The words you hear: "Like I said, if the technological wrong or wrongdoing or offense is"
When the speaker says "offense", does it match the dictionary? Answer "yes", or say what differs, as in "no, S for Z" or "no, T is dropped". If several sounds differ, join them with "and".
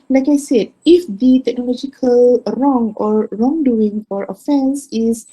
yes